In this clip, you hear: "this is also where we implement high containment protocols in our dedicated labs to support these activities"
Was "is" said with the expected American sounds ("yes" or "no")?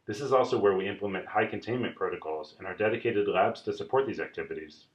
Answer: yes